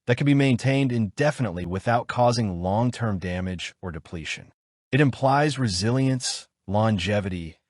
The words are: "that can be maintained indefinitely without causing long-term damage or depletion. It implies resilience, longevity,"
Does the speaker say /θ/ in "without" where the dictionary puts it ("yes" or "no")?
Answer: yes